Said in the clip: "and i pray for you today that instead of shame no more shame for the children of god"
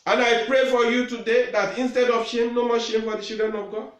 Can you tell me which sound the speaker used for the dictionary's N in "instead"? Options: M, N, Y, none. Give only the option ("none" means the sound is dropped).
N